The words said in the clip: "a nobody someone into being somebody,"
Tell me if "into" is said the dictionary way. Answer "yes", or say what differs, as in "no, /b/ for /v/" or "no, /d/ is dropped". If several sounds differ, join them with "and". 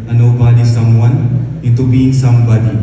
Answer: no, /n/ is dropped